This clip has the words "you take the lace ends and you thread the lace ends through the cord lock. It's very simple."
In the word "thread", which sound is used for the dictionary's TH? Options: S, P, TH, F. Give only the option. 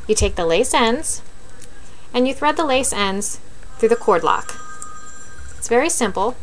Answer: TH